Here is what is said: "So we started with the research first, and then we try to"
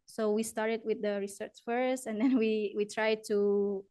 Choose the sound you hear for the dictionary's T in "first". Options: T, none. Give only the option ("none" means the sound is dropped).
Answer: T